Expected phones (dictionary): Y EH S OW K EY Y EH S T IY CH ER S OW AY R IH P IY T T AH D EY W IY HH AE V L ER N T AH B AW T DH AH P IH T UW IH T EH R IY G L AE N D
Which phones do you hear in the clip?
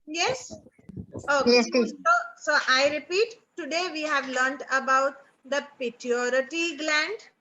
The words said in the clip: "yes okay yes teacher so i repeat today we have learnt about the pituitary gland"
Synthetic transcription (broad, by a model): Y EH S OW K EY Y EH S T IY S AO S OW AY R IH P IY T T AH D EY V IY HH AE V L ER N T AH B AW T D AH P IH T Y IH T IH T IY G L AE N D